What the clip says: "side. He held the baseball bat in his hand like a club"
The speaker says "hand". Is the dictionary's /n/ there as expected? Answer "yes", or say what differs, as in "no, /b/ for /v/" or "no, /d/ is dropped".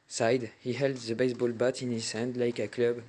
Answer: yes